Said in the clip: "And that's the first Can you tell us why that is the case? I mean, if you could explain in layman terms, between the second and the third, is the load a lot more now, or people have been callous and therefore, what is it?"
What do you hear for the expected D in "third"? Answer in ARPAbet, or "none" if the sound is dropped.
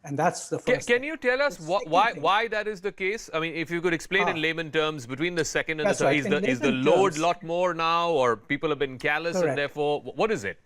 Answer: none